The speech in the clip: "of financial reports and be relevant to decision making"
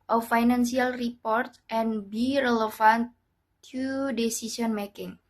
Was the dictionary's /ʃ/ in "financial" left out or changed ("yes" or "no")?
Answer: yes